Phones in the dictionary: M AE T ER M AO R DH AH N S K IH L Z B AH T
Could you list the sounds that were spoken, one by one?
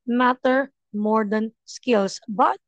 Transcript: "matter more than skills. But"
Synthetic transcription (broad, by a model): M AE T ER M AO R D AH N S K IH L S B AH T